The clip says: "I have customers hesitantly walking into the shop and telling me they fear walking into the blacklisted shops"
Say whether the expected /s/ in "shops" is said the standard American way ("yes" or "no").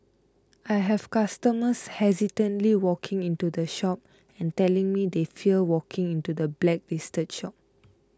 no